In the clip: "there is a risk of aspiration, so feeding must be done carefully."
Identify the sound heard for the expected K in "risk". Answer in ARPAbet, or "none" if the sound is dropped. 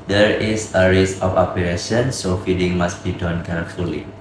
none